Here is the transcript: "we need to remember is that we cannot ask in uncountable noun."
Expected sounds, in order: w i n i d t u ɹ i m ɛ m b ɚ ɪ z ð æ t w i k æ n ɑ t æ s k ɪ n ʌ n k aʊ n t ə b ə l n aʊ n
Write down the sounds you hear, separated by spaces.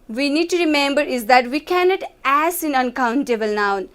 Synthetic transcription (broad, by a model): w i n i d t u ɹ i m ɛ m b ɚ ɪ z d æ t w i k æ n ɑ t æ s ɪ n ʌ n k aʊ n t ə b ə l n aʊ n